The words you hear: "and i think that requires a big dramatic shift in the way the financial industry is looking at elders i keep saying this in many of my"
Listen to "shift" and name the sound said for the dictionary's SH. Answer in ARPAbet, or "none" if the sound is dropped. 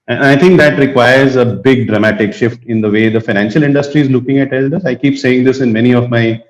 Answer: SH